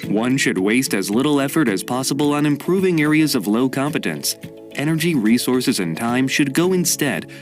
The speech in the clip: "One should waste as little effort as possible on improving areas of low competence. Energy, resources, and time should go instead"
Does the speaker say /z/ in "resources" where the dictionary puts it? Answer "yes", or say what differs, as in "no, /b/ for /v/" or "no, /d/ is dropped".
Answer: yes